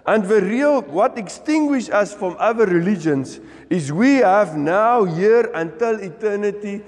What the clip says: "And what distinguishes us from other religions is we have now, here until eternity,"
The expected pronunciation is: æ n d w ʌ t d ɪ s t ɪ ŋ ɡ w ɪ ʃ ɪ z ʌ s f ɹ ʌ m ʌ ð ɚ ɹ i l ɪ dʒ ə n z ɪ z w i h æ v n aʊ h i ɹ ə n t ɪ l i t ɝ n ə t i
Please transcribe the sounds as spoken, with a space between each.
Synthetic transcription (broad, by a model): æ n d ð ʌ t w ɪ s t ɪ ŋ ɡ w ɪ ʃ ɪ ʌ s f ɹ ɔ m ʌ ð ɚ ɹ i l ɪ dʒ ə n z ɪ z w i h æ v n aʊ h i ɹ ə n t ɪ l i t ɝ n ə t i